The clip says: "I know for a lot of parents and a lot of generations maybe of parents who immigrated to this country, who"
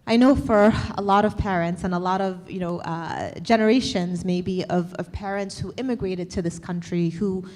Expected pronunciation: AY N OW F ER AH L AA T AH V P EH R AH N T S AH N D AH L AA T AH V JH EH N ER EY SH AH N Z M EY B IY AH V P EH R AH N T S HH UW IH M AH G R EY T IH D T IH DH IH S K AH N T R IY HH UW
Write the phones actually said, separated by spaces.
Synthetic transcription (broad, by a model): AY N OW F ER AH L AA T AH V P EH R AH N T S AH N AH L AA T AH V JH EH N ER EY SH AH N Z M EY B IY AH V P EH R AH N T S HH UW IH M AH G R EY T IH D T IH DH IH S K AH N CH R IY HH UW